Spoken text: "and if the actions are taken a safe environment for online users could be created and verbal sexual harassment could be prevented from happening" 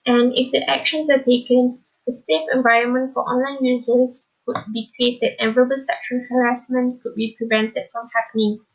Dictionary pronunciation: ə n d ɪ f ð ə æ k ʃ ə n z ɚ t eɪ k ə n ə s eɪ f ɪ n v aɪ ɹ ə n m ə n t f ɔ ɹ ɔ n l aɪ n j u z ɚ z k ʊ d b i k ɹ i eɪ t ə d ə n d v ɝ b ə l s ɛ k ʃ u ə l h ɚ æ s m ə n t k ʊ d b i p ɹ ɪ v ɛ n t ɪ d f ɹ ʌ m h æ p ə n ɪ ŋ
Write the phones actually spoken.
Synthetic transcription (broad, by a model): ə n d ɪ f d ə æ k ʃ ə n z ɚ t eɪ k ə n ə s eɪ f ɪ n v aɪ ɹ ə n m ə n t f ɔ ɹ ɔ n l aɪ n j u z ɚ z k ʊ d b i k ɹ i eɪ t ə d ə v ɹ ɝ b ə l s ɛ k ʃ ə n h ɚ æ s m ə n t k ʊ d b i p ɹ ɪ v ɛ n t ɪ d f ɹ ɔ m h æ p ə n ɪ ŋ